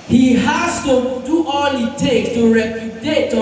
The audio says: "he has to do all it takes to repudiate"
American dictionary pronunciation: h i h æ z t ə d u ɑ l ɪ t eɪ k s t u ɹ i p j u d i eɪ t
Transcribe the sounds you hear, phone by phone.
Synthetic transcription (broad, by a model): h i h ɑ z t ə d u ɑ l ɪ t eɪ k t u ɹ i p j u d eɪ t